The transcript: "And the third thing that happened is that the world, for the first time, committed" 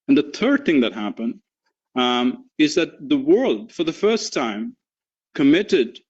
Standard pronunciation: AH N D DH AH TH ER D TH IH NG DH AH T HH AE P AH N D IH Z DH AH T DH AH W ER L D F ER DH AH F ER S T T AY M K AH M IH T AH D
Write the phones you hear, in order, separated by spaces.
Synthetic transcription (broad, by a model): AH N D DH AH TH ER D TH IH NG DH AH T HH AE P AH N D IH Z DH AH T DH AH W ER L D F ER DH AH F ER S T T AY M K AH M IH T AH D